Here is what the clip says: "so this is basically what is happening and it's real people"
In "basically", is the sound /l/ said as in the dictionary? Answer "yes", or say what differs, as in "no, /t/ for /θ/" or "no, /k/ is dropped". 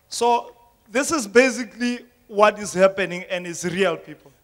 yes